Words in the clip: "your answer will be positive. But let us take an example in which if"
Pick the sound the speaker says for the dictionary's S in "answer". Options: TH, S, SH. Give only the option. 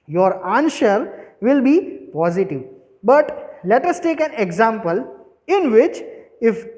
SH